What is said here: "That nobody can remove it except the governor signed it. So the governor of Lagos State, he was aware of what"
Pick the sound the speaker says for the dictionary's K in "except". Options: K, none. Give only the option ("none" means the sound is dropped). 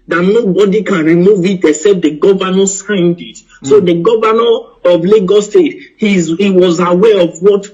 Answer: none